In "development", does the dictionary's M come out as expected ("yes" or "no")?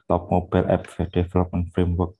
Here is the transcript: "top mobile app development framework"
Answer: no